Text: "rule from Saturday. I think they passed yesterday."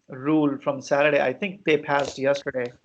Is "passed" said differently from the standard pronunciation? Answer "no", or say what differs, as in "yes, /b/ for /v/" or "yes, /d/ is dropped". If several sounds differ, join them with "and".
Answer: no